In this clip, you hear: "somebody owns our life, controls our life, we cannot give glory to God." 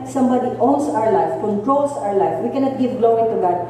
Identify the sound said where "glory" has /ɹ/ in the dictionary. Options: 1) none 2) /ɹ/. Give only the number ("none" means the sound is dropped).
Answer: 1